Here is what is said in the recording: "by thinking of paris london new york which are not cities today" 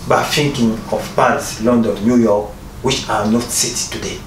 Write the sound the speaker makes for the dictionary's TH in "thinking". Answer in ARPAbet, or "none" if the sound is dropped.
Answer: F